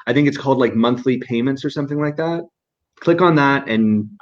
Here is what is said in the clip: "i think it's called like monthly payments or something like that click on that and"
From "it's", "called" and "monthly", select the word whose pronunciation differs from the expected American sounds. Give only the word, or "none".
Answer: none